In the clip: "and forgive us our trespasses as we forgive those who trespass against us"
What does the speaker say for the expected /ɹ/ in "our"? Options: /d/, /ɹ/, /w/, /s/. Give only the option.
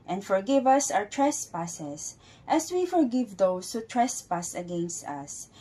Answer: /w/